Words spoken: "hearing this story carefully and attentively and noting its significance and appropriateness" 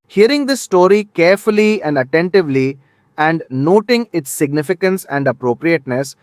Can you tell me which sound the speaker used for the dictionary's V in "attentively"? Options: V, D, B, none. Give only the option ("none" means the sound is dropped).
V